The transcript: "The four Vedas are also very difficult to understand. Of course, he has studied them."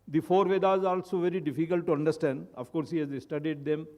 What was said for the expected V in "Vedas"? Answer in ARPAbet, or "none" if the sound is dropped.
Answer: V